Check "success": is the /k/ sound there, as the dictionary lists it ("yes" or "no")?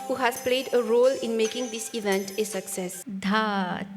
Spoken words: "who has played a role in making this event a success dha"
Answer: yes